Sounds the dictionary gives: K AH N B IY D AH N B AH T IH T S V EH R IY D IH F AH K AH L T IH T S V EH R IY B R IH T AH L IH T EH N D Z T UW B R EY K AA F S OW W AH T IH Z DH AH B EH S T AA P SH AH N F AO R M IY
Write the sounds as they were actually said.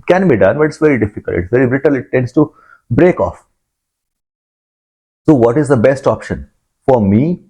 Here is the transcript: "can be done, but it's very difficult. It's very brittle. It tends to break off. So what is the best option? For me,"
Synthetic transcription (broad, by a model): K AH N B IY D AH N B AH T IH T S V EH R IY D IH F AH K AH L T IH T S V EH R IY B R IH T AH L IH T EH N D S T UW B R EY K AA F S OW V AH T IH Z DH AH B EH S T AA P SH AH N F AO R M IY